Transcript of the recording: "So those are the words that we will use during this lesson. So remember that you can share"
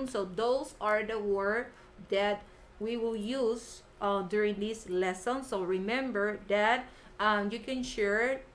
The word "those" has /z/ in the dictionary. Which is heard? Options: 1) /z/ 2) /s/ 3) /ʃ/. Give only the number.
2